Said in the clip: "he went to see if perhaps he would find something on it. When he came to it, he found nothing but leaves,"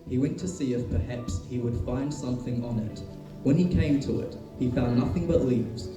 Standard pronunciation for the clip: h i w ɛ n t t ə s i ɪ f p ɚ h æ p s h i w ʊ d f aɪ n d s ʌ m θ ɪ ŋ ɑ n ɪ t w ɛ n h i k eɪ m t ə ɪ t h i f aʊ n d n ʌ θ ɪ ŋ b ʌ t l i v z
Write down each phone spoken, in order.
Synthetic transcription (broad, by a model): h i w ɛ n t t ə s i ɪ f p ɚ h æ p s h i w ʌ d f aɪ n d s ʌ m θ ɪ ŋ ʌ n ɪ t w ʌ n i k eɪ m t ə ɪ t h i f aʊ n n ʌ θ ɪ ŋ b ʌ t l i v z